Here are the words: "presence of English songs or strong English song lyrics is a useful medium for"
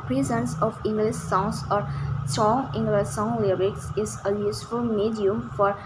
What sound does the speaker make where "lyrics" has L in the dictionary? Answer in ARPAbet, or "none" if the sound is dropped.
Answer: L